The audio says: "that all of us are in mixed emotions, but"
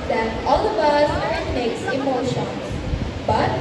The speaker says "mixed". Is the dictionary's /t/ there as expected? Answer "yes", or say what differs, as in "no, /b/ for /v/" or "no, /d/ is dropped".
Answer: no, /t/ is dropped